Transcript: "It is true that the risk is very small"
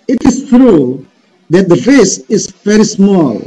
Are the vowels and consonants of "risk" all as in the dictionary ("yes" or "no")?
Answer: no